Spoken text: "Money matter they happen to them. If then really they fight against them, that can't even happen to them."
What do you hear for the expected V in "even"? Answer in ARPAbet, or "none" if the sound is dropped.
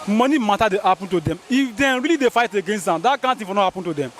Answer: F